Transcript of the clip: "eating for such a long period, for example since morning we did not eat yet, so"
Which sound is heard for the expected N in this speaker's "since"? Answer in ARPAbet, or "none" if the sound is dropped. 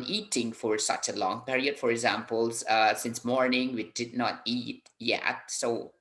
N